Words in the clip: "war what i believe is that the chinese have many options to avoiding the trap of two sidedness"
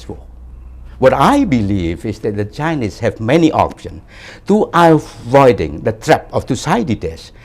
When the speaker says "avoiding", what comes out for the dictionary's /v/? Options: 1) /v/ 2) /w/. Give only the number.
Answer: 1